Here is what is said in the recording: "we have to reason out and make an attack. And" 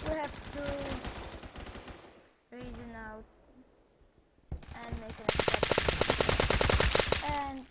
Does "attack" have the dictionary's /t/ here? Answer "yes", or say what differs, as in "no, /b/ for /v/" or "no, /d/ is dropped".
no, /s/ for /t/